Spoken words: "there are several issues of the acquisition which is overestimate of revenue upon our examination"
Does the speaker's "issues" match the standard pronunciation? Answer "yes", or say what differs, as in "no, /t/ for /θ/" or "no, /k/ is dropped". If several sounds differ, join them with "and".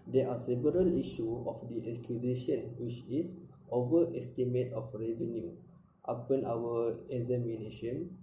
no, /z/ is dropped